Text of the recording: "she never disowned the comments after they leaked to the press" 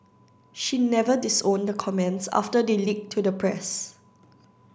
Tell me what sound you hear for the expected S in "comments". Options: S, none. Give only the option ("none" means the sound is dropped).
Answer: S